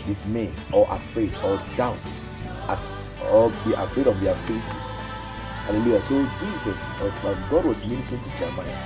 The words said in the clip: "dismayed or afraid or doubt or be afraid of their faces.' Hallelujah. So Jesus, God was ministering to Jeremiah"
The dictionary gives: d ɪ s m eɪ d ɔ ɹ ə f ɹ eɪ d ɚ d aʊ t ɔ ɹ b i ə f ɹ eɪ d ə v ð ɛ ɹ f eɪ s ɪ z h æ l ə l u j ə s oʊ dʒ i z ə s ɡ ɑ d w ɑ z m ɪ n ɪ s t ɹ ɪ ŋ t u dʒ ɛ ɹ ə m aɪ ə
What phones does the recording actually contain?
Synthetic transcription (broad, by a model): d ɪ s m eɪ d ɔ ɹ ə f ɹ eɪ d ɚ d aʊ t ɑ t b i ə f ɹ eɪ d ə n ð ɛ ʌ f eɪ s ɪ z h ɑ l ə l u j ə s oʊ dʒ i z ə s ɡ ɑ d w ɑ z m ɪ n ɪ t ɪ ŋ t u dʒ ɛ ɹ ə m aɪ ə